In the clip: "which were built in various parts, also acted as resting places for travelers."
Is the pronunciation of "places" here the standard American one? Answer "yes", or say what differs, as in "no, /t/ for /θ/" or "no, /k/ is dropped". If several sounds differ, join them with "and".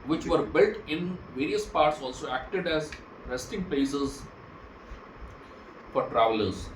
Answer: no, /l/ is dropped